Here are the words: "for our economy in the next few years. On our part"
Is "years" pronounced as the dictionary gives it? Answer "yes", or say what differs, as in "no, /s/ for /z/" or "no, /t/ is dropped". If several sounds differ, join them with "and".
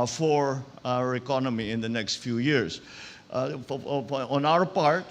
no, /s/ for /z/